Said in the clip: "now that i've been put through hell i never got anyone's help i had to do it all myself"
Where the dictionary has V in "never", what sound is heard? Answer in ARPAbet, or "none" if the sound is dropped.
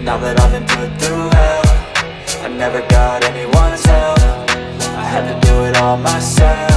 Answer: V